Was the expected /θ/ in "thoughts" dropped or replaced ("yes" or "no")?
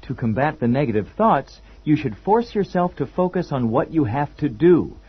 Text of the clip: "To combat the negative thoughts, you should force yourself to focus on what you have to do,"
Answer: no